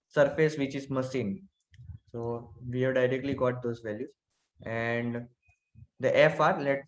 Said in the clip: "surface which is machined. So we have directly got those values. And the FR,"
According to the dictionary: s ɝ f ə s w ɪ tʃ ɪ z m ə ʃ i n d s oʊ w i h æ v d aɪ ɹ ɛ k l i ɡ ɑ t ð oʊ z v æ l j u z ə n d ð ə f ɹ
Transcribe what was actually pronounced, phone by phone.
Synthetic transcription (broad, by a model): s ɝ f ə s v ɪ tʃ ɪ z m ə s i n s oʊ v i h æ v d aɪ ɹ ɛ k l i ɡ ɑ t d oʊ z v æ l j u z ə n d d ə f ɹ